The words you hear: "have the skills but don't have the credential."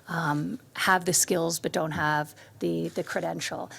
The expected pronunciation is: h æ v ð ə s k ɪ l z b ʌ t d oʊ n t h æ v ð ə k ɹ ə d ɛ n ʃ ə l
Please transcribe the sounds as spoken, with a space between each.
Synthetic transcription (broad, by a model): h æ v ð ə s k ɪ l z b ʌ t d oʊ n t h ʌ v ð ə k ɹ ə d ɛ n ʃ l